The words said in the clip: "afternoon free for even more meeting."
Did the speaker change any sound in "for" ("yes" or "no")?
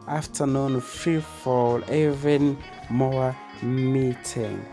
yes